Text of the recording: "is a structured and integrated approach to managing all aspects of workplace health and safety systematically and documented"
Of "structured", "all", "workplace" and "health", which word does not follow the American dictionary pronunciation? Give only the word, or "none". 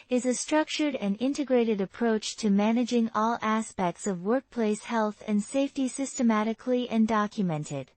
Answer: none